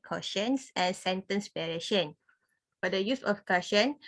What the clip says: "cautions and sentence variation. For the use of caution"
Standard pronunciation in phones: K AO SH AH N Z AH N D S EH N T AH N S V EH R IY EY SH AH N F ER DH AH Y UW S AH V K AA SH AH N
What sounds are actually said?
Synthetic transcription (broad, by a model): K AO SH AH N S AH N S EH N T AH N S P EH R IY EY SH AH N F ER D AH Y UW S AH F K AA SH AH N